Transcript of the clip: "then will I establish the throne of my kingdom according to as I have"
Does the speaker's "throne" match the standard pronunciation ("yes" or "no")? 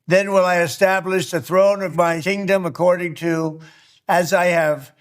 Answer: yes